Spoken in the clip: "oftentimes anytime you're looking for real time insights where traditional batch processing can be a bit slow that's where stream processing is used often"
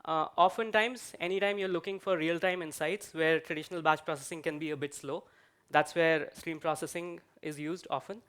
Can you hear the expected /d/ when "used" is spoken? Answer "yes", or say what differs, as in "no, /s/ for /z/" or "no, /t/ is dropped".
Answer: yes